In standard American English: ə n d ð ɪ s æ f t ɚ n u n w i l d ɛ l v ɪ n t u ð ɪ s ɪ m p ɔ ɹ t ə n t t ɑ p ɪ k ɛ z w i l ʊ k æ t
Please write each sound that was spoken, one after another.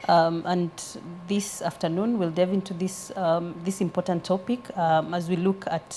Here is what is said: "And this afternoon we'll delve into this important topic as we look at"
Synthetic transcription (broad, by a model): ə n ð ɪ s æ f t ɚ n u n w i l d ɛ v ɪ n t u ð ɪ s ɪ m p ɔ ɹ t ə n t t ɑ p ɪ k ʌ z w i l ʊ k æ t